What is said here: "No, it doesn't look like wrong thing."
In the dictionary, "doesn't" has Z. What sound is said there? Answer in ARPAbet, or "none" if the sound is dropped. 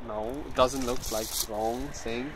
Z